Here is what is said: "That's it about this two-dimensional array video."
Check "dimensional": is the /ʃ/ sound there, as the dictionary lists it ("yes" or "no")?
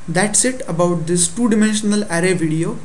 yes